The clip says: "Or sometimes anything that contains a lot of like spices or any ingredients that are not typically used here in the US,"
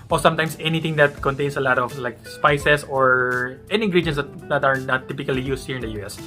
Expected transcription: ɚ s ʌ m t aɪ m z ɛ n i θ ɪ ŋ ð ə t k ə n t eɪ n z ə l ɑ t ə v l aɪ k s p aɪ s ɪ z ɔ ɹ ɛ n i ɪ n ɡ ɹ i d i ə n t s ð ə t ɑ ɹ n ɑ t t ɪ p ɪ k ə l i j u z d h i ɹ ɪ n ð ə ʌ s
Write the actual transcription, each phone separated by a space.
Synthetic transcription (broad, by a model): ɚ s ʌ m t aɪ m s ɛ n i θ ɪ ŋ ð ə t k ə n t eɪ n s ə l ɑ t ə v l aɪ k s p aɪ s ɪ s ɔ ɹ ɛ n i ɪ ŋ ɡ ɹ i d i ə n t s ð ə t ɑ ɹ n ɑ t t ɪ p ɪ k ə l i j u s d h i ɹ ɪ n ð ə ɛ s